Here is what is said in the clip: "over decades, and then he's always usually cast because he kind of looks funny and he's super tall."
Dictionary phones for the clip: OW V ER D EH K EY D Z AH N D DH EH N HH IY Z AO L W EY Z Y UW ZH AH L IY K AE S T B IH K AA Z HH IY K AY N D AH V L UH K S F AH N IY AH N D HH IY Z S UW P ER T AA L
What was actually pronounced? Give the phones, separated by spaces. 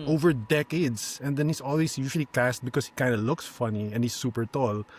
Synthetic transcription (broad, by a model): OW V ER D EH K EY D S AH N D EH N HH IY S AO L W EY S Y UW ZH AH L IY K AE S T B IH K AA S HH IY K AY N D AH L UH K S F AH N IY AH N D HH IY S UW P ER T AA L